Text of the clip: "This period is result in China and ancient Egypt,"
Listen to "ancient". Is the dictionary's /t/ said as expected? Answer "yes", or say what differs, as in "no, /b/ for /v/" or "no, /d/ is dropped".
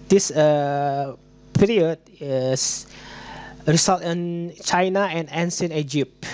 no, /t/ is dropped